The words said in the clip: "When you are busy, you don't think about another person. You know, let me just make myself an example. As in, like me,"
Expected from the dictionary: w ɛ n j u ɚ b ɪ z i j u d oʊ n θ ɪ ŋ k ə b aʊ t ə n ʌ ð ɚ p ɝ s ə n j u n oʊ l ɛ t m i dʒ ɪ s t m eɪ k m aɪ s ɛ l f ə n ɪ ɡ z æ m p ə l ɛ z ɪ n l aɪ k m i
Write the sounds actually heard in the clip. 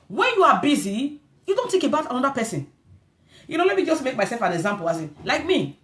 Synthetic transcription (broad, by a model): w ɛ n j u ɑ b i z i j u d oʊ n t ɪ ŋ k ə b aʊ t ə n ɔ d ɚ p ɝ s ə n j u n oʊ l ɛ t m i dʒ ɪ s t m eɪ k m aɪ s ɛ l f ə n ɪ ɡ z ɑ m p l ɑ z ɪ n l aɪ k m i